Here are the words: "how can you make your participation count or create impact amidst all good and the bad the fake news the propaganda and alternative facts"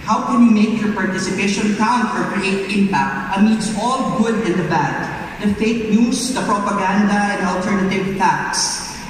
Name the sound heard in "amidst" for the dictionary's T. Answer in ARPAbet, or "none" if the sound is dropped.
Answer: none